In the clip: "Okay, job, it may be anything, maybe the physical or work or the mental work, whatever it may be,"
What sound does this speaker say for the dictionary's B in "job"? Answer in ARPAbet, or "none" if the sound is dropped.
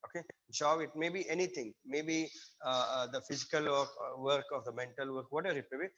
none